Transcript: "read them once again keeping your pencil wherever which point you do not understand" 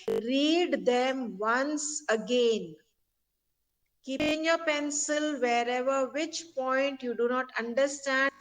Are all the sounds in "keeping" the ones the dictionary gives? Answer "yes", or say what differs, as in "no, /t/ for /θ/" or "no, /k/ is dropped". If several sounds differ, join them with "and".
no, /p/ is dropped